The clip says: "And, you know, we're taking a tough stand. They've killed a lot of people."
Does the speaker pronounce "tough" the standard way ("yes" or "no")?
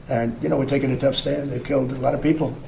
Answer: yes